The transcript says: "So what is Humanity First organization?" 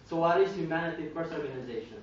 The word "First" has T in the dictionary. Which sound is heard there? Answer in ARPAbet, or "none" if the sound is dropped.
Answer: none